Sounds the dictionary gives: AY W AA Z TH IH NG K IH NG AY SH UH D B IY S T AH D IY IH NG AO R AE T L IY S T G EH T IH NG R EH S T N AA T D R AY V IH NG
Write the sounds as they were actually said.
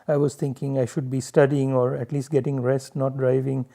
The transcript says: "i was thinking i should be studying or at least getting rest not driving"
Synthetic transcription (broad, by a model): AY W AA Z T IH NG K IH NG AY SH UH D B IY S T AH D IY IH NG AO R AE T L IY S T G EH T IH NG R EH S T N AA T D R AY V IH NG